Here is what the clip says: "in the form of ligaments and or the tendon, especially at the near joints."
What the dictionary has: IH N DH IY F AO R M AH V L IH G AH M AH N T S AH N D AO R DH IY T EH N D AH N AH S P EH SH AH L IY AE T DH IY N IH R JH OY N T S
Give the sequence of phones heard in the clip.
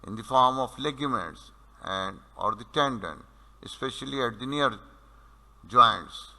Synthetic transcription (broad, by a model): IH N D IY F AO R M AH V L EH G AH M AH T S AH N D AO R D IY T EH N D AH N AH S P EH SH AH L IY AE T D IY N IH R JH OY N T S